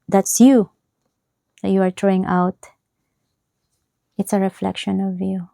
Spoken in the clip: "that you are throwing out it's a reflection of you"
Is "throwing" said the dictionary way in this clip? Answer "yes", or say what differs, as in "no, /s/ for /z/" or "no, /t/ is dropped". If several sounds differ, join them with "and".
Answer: no, /t/ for /θ/